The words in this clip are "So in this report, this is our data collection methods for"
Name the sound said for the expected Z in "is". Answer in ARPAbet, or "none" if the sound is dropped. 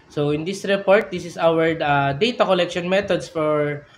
S